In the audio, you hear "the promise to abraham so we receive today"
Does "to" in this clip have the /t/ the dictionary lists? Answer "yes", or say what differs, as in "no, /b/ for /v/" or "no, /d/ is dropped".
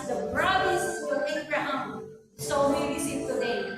no, /s/ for /t/